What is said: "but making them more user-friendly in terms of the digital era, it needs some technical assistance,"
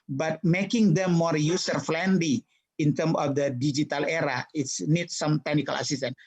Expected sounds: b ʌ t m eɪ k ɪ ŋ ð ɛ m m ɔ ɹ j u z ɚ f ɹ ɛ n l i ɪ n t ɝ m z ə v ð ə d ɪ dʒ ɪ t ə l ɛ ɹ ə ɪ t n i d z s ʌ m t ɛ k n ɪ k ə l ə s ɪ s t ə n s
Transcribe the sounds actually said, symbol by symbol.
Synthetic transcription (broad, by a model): b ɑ t m eɪ k ɪ ŋ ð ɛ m m ɔ ɹ j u s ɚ f l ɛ n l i ɪ n t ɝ m ə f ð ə d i dʒ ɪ t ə l ɛ ɹ ə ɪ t n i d s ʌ m t ɛ k n ɪ k ə l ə s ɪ s t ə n